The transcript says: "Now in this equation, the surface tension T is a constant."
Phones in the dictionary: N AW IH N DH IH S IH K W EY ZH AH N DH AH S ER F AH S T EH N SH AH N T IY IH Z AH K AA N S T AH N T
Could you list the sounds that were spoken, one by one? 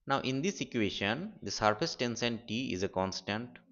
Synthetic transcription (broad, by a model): N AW IH N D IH S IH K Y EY SH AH N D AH S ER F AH S T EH N S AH N T IY IH Z AH K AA N S T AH N T